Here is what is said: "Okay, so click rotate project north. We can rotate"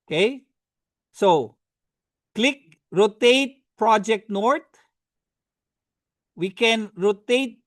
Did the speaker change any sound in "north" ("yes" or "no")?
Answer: yes